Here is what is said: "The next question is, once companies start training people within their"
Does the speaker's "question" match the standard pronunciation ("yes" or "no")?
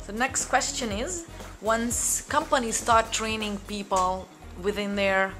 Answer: yes